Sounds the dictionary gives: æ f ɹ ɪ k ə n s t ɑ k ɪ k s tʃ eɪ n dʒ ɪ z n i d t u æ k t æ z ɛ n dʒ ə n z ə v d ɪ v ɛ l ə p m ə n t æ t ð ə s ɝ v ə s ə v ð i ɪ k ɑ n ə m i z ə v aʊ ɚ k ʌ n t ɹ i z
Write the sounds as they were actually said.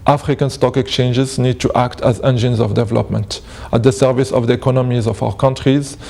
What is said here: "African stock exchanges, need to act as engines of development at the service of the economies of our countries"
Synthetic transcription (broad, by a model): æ f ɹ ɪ k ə n s t ɑ k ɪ k s tʃ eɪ n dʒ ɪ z n i d t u æ k t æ z ɛ n dʒ ə n z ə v d ɪ v ɛ l ə p m ə n t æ t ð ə s ɝ v ə s ə v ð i ɪ k ɑ n ə m i z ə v aʊ ɚ k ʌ n t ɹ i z